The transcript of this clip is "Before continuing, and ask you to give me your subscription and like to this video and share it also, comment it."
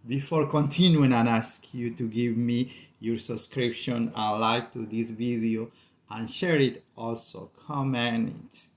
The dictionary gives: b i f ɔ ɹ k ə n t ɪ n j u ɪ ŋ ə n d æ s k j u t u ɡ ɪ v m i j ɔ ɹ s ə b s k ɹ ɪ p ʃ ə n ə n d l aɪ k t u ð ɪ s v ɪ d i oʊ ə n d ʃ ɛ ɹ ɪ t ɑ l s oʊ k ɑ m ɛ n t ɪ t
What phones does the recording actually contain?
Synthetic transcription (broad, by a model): b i f ɔ ɹ k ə n t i n j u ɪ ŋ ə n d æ s k j u t u ɡ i v m i j ɔ ɹ s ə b s k ɹ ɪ p ʃ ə n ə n l aɪ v t u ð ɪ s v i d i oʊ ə n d ʃ ɛ ɹ ɪ t ɑ l s oʊ k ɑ m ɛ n ɪ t